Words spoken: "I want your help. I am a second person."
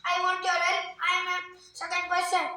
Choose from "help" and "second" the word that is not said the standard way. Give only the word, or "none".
help